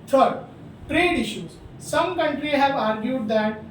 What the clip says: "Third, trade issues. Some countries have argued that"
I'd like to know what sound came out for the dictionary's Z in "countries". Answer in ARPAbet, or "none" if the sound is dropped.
none